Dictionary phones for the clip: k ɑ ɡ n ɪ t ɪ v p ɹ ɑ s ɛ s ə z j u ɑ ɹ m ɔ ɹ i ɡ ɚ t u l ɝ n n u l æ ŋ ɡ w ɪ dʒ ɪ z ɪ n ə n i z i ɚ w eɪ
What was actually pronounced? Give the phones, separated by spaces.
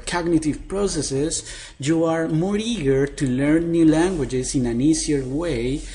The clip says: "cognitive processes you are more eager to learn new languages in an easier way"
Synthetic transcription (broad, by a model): k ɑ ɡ n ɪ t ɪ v p ɹ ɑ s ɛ s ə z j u ɑ ɹ m ɔ ɹ i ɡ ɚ t u l ɝ n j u l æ ŋ ɡ w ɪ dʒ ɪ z ɪ n ə n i s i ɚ w eɪ